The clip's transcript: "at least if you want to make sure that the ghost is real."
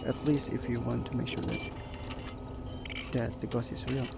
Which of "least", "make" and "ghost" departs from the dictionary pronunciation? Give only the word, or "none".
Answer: ghost